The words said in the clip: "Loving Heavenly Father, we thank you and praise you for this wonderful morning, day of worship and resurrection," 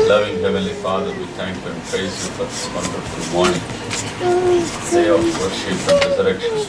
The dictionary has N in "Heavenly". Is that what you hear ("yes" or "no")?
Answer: no